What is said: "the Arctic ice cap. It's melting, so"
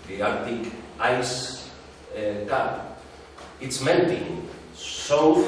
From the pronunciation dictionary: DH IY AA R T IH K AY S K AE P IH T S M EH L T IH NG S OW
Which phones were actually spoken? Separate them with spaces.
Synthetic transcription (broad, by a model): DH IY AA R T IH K AY S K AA IH T S M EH N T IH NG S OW